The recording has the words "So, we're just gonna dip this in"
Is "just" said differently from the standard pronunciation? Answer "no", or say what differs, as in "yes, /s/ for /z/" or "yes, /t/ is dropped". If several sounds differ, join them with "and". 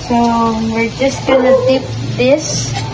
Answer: no